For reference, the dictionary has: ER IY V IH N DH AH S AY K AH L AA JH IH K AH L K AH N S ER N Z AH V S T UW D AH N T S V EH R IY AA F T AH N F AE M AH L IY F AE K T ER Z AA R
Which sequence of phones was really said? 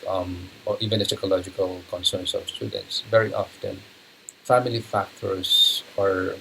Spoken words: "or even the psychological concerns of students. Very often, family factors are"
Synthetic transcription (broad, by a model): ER IY V IH N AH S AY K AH L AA JH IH K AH L K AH N S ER N S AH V S T UW D AH N T S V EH R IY AA F T AH N F AE M AH L IY F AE K T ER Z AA R